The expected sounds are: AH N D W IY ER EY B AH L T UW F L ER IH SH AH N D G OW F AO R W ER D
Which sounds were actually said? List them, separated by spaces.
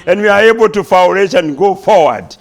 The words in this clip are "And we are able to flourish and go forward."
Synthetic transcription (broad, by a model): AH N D W IY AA EY B AH L T UW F W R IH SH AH N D G OW F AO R W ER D